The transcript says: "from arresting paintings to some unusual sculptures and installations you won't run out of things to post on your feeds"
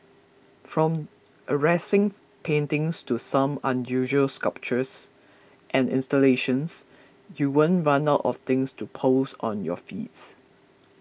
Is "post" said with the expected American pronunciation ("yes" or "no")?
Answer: no